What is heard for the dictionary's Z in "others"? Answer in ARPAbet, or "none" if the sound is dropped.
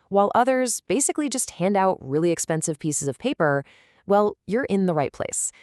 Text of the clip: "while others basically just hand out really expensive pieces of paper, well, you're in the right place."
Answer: Z